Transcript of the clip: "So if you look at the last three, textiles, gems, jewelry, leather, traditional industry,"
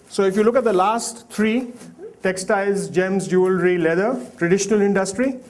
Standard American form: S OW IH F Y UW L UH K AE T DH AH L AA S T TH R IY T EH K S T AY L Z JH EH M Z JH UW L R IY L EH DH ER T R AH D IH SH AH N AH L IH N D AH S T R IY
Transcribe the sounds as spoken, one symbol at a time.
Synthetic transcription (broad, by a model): S OW IH F Y UW L UH K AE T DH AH L AA S T T R IY T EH K S T AY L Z JH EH M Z JH UW L R IY L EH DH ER T R AH D IH SH AH N AH L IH N D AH S T R IY